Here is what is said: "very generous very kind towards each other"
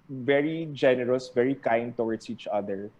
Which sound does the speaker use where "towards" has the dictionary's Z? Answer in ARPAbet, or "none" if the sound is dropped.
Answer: S